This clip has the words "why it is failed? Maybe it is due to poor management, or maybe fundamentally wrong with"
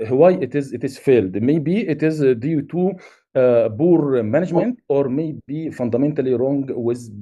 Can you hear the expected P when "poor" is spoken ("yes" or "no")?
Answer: no